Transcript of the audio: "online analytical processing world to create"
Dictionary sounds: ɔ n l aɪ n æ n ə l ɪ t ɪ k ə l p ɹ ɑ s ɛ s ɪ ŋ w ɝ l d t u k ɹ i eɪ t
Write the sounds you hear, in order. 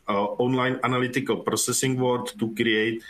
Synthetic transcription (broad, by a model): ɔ n l aɪ n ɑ n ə l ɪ t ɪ k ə l p ɹ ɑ s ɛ s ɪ ŋ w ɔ d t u k ɹ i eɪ t